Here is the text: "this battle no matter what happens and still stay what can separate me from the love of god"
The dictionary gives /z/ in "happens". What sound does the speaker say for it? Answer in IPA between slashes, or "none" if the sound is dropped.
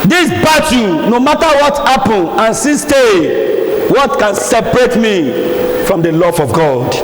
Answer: none